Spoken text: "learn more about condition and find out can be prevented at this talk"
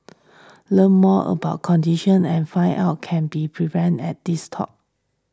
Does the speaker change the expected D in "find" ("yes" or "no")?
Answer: yes